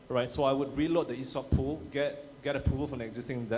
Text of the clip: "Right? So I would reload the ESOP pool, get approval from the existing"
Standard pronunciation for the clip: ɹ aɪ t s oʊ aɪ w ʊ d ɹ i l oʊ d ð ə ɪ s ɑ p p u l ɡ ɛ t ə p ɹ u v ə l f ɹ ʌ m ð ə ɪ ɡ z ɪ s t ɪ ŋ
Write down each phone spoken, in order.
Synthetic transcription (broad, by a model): ɹ aɪ t s oʊ aɪ w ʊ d ɹ i l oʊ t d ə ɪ s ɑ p p u l ɡ ɛ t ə ɹ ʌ p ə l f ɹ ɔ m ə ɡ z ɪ s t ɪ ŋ